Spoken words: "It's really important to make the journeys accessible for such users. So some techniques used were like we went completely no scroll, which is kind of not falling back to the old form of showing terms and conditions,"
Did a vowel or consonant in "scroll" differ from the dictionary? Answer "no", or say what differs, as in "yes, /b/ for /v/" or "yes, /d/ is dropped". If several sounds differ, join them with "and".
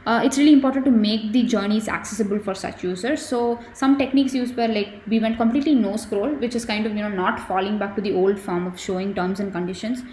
no